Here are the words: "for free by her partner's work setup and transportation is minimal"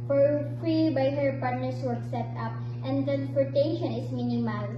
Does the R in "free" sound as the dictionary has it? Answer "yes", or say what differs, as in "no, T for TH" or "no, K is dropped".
yes